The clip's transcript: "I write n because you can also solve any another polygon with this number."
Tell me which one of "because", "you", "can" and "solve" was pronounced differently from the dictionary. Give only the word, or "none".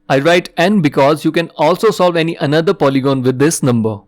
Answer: none